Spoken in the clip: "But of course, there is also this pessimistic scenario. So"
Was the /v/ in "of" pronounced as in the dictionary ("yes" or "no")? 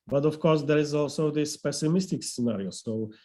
no